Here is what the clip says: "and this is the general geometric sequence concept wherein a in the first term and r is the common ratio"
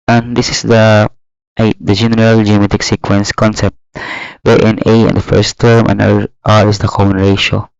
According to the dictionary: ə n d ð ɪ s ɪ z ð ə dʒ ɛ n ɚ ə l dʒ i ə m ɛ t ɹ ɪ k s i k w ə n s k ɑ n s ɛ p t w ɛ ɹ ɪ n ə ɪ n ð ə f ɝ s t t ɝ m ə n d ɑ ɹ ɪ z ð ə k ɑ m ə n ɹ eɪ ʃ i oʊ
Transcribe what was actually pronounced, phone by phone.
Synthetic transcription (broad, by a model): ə n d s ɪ s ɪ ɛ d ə dʒ ɛ n ɚ ə l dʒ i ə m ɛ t ɪ k s i k w ə n s k ɑ n s ɛ p t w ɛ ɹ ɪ n ə ɪ n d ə f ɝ s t t ɝ m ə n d ɑ ɹ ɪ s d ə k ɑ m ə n ɹ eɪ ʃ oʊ